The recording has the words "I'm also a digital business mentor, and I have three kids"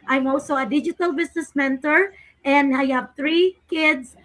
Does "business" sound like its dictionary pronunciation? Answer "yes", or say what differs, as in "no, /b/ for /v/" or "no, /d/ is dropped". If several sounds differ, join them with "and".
no, /s/ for /z/